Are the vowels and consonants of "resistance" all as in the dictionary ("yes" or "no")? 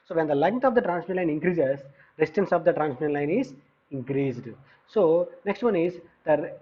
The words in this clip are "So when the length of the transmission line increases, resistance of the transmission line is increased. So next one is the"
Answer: no